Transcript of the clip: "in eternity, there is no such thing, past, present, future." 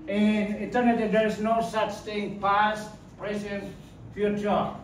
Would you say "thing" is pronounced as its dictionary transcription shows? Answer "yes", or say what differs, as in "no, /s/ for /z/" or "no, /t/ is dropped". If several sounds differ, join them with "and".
no, /t/ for /θ/